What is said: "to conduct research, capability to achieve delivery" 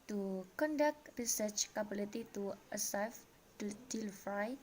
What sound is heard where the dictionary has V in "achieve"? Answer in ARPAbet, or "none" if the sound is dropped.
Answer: F